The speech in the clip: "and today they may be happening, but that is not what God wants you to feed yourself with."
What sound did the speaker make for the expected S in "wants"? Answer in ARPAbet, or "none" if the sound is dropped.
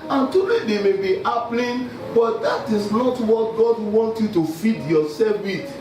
none